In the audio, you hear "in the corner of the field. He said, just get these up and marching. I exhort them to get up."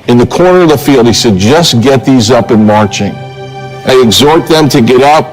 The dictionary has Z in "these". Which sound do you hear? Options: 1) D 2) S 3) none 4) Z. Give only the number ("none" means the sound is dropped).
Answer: 4